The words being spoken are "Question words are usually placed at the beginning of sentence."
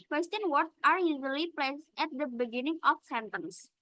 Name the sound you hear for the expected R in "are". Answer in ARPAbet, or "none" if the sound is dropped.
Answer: R